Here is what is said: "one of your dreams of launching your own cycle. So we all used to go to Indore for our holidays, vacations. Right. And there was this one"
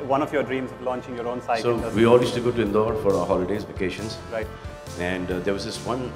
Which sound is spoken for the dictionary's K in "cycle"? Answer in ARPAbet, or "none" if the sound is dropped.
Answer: none